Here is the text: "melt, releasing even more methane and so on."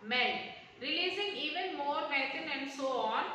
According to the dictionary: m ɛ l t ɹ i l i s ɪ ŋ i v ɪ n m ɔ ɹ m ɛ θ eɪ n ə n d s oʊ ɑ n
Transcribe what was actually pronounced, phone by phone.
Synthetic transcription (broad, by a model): m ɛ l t ɹ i l i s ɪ ŋ i v ɪ n m ɔ ɹ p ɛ t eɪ n ə n d s oʊ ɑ n